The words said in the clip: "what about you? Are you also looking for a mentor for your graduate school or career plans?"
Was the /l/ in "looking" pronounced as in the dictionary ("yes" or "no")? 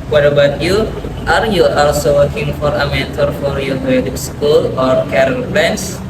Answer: no